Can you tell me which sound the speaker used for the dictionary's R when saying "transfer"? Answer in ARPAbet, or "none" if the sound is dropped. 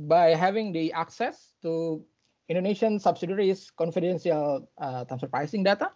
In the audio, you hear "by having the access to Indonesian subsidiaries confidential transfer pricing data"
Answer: none